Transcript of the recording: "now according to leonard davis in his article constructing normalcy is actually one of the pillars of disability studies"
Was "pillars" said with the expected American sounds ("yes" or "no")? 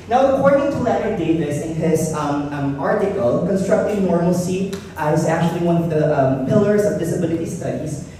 yes